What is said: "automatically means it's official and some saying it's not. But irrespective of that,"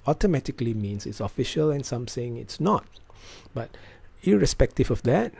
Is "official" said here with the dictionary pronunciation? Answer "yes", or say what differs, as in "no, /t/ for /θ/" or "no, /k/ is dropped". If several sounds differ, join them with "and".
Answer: yes